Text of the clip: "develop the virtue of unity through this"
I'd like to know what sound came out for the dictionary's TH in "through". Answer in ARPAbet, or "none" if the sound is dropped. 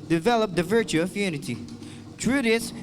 T